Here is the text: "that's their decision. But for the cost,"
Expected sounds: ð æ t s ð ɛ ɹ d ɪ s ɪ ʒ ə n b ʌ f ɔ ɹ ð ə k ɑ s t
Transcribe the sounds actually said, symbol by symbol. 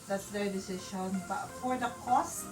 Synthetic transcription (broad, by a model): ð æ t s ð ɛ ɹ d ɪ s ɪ ʃ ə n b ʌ f ɔ ɹ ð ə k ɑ s